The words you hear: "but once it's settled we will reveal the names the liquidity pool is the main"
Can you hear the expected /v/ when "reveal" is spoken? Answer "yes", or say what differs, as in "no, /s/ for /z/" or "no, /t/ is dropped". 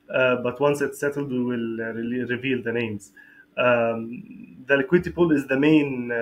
yes